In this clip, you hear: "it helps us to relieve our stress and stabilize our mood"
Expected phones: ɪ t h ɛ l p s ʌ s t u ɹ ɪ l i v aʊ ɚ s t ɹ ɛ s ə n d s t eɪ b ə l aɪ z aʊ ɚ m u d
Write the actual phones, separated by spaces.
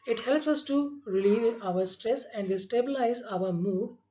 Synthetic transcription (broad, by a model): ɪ t h ɛ l p s ʌ s t u ɹ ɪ l i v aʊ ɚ s t ɹ ɛ s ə n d s t eɪ b ə l aɪ z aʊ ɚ m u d